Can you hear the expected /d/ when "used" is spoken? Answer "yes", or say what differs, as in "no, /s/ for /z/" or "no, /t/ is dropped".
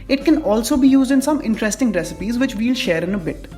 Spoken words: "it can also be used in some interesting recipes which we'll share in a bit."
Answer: yes